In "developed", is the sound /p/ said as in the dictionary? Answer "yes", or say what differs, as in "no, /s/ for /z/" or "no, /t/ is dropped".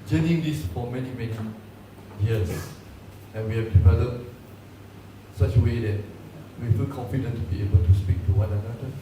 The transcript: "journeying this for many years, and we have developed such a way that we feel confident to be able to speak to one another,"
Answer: no, /p/ is dropped